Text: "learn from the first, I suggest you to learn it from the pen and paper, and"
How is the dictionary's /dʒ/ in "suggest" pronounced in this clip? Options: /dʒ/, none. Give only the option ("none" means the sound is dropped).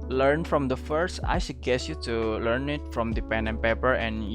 none